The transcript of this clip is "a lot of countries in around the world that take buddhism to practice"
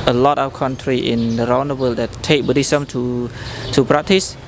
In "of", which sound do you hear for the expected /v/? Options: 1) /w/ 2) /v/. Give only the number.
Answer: 1